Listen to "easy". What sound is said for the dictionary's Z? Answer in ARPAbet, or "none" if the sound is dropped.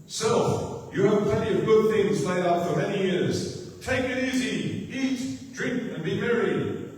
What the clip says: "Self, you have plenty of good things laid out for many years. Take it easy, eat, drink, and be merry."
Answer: Z